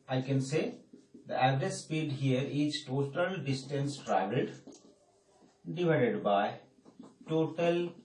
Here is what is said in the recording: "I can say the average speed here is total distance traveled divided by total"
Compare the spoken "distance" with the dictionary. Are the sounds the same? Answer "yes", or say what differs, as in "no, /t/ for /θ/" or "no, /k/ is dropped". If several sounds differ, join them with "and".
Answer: yes